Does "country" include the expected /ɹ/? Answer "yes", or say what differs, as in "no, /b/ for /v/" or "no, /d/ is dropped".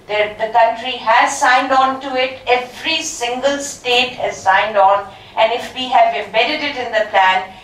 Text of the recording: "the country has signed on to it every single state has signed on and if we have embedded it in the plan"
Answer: yes